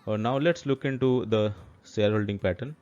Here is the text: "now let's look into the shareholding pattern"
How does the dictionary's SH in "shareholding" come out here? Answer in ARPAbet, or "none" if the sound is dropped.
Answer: S